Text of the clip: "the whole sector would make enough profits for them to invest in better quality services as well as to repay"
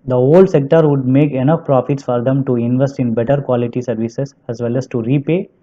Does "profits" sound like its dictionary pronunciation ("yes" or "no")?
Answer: yes